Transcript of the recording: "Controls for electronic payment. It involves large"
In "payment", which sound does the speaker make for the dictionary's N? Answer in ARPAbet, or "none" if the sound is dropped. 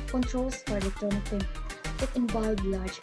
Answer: none